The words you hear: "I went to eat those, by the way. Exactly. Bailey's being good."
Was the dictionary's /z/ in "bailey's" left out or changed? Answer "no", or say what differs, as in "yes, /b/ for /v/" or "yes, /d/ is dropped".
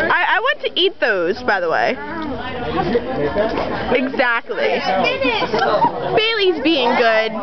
no